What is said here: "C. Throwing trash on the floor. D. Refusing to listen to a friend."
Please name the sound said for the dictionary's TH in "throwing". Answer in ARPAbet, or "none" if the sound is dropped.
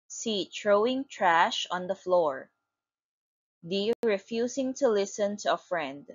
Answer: T